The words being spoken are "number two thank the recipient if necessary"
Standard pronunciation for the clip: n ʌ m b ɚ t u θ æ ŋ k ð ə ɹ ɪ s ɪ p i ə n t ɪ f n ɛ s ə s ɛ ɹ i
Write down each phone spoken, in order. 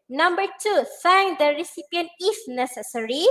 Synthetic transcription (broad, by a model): n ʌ m b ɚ t u s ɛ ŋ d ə ɹ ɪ s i p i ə n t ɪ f n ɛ s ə s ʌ ɹ i